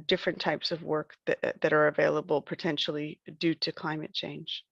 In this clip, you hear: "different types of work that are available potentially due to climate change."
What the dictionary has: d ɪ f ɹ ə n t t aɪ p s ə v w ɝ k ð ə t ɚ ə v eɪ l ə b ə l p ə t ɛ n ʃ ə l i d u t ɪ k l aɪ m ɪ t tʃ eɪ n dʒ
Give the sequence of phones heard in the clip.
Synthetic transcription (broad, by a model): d ɪ f ɹ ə n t t aɪ p s ə v w ɝ k ð ə t ɚ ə v eɪ l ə b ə l p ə t ɛ n ʃ l i d u t ɪ k l aɪ m ɪ t tʃ eɪ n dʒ